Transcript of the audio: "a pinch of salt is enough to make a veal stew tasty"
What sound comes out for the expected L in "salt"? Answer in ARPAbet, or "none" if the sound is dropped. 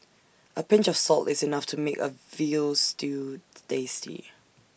L